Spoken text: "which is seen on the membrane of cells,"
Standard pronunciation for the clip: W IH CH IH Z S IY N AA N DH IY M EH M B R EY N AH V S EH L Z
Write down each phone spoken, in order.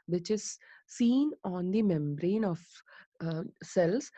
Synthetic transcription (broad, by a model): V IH CH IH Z S IY N AA N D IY M EH M B R EY N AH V S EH L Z